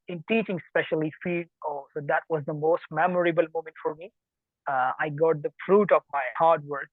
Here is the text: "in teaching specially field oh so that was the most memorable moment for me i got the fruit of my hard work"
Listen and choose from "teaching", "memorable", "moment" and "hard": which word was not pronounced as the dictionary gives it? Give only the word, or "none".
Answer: none